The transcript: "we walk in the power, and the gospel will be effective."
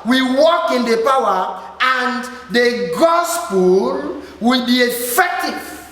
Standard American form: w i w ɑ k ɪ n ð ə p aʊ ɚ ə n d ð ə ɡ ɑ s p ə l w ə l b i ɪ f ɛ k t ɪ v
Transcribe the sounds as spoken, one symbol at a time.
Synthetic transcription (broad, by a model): w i w ɑ k ɪ n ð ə p aʊ ɚ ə n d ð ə ɡ ɑ s p ə l w ə l b i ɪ f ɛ k t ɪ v